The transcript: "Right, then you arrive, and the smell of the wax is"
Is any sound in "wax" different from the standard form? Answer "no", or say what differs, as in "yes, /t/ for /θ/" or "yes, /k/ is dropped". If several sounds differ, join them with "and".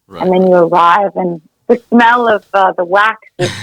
no